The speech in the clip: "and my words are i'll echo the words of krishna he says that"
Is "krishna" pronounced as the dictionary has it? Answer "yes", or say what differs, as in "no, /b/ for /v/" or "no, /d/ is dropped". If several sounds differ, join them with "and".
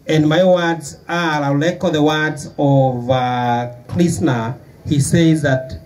no, /l/ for /ɹ/ and /s/ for /ʃ/